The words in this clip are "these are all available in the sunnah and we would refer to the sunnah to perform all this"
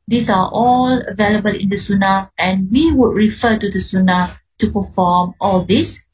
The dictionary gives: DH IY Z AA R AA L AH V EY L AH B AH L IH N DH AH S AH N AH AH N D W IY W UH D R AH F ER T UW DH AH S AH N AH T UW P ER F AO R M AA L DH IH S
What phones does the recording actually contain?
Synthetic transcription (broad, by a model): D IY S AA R AA L AH V EY L AH B AH L IH N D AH S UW N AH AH N W IY W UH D R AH F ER T UW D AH S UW N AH T UW P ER F AO M AA L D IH S